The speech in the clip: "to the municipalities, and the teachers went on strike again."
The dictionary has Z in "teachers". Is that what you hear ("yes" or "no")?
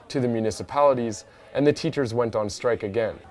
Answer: yes